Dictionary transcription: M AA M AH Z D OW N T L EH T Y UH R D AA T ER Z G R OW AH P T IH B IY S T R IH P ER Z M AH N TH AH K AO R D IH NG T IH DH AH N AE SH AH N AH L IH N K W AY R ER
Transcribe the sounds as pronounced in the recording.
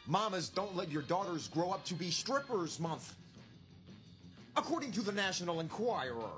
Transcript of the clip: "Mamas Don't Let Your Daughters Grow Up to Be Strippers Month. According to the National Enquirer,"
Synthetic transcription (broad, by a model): M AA M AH Z D OW N T L EH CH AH R D AA T ER Z G R OW AH P T IH B IY S T R IH P ER Z M AH N TH AH K AO R D IH NG T IH DH AH N AE SH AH N L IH N K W AY R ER